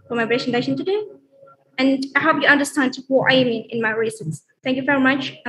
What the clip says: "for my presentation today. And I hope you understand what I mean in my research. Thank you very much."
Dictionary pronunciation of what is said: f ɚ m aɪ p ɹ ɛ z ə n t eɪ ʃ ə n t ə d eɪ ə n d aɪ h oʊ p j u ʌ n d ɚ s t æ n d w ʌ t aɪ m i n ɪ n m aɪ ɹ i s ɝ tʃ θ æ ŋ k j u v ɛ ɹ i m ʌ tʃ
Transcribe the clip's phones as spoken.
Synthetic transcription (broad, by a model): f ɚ m aɪ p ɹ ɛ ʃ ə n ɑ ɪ s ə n t ə d eɪ ə n d aɪ h oʊ p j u ʌ n d ɚ s t æ n d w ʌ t aɪ m i n ɪ n m aɪ ɹ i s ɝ s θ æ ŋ k j u v ɛ ɹ i m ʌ tʃ